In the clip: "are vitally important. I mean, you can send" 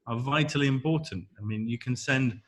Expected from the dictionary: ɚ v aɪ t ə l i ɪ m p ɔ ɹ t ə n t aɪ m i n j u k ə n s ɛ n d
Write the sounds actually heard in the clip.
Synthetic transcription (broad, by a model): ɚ v aɪ t ə l i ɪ m p ɔ t n t aɪ m i n j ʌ k ə n s ɛ n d